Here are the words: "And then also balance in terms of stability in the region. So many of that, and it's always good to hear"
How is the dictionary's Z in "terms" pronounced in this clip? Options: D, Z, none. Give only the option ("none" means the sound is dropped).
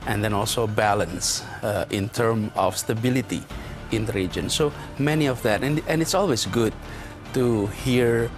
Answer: none